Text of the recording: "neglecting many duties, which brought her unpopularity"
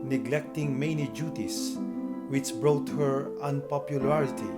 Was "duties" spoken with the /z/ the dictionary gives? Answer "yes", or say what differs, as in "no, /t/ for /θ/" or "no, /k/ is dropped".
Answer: no, /s/ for /z/